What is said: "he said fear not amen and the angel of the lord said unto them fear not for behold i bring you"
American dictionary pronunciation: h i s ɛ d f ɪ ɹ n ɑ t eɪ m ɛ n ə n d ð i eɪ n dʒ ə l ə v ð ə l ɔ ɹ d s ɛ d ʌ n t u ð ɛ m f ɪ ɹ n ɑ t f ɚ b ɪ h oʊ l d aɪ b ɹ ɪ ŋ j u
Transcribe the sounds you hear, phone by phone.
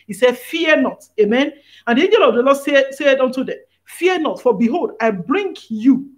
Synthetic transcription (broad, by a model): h i s ɛ d f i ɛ n ɑ t eɪ m ɛ n ə n d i eɪ n dʒ ə l ə v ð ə l ɔ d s s ɛ d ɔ n t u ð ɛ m f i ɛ n ɑ t f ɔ b ɪ h oʊ l d aɪ b ɹ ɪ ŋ j u